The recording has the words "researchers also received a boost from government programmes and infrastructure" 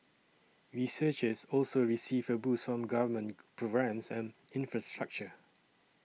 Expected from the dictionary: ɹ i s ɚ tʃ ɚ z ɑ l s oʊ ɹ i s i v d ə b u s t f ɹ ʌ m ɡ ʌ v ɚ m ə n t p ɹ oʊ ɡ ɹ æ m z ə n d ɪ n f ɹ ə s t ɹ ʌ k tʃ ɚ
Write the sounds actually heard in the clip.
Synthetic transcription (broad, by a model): ɹ i s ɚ tʃ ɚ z ɑ l s oʊ ɹ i s i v ə b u s f ɹ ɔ m ɡ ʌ v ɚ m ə n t p ɹ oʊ ɡ ɹ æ m s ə n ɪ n f ɹ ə s t ɹ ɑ k tʃ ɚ